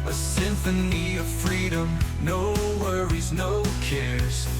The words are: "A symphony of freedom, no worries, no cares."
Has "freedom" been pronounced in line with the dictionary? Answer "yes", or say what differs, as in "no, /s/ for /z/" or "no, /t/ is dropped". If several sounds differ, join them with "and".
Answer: yes